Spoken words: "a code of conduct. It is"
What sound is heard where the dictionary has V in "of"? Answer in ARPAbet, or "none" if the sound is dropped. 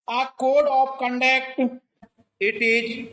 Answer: P